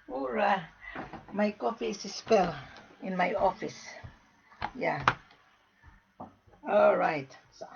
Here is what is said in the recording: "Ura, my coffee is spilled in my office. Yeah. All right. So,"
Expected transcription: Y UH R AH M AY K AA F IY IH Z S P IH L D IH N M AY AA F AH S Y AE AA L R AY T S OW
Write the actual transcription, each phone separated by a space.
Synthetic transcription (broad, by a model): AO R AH M AY K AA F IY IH S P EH L IH N M AY AA F AH S Y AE AA L R AY T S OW